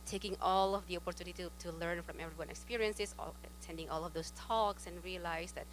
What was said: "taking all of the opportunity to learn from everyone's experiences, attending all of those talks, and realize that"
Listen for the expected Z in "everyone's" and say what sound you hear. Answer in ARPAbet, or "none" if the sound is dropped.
none